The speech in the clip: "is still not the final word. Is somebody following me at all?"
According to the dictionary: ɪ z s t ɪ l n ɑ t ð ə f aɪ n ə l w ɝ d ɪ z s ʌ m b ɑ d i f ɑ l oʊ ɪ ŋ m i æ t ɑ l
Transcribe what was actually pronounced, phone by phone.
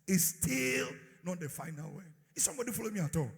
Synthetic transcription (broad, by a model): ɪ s t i l n ɑ t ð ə f aɪ n ə l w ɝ ɪ s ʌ m b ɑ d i f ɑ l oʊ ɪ m i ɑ t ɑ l